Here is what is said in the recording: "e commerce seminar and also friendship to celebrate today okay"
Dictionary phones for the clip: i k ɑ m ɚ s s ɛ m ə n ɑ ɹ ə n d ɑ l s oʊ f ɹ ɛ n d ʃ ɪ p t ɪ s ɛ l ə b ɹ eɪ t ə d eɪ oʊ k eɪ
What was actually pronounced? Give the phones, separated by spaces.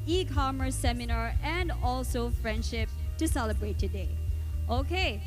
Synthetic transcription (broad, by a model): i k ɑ m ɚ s s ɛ m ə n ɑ ɹ ə n d ɑ l s oʊ f ɹ ɛ n d ʃ ɪ p t ɪ s ɛ l ə b ɹ eɪ t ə d eɪ oʊ k eɪ